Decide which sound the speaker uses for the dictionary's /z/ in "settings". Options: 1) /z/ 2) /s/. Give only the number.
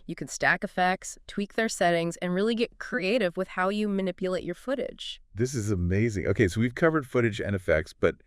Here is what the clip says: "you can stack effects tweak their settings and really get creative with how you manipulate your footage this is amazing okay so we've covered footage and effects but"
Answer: 1